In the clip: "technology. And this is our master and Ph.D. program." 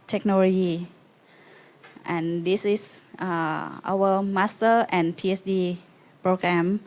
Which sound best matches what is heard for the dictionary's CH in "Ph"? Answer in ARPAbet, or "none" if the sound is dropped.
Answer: S